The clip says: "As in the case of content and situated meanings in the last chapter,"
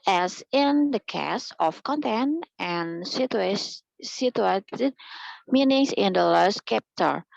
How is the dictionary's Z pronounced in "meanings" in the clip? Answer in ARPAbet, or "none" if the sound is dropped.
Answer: S